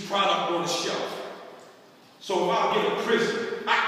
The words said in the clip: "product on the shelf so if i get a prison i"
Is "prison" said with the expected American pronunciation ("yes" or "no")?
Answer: no